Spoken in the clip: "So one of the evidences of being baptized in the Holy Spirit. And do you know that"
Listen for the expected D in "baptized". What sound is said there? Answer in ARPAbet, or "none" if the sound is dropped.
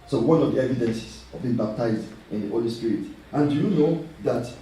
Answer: D